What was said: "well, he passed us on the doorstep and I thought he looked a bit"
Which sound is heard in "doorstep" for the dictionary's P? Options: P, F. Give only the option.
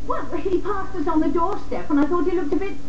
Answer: P